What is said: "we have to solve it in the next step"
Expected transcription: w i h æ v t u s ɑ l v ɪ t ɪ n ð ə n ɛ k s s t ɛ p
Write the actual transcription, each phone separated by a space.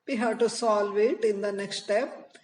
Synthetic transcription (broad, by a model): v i h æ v t u s ɑ l v ɪ t ɪ n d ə n ɛ k s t t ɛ p